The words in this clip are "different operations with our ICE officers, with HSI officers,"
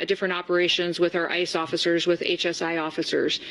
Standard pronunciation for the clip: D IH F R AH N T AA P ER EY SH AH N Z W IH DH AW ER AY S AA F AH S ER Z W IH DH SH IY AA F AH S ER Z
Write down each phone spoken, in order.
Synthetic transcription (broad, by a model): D IH F R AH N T AA P ER EY SH AH N Z W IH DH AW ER AY S AA F AH S ER Z W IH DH S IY AA F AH S ER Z